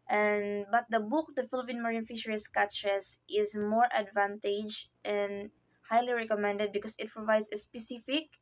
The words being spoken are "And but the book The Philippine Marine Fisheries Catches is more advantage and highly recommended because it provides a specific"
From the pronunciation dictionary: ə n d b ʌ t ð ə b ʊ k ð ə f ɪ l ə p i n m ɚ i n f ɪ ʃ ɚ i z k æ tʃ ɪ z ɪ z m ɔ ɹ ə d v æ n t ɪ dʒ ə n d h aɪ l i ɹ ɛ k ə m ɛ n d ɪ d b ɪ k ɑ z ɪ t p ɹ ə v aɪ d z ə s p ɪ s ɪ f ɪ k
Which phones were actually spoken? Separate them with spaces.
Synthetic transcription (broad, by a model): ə n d b ʌ t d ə b ʊ k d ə f ɪ l ə p i n m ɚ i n f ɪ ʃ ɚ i s k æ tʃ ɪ s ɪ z m ɔ ɹ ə d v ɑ n t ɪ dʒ ə n d h aɪ l i ɹ ɛ k ə m ɛ n d ɪ d b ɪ k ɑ s ɪ t p ɹ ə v aɪ d s ə s p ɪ s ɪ f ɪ k